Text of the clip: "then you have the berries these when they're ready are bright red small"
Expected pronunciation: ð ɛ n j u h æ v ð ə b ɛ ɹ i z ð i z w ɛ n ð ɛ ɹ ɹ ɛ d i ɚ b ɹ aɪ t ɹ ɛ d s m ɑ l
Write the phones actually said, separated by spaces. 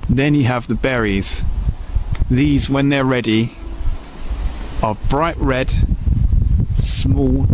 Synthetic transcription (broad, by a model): ð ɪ n j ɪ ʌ v ð ə b ɛ ɹ i z ð i z w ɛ n ð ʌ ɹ ɹ ɛ d i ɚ b ɹ aɪ t ɹ ɛ d s m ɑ l